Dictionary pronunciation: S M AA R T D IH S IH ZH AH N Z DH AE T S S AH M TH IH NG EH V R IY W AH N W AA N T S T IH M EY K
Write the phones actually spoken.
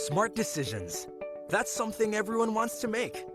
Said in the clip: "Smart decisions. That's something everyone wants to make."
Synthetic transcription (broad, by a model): S M AA R T D IH S IH ZH AH N Z DH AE T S S AH M TH IH NG EH V R IY W AH N W AA N T S T IH M EY K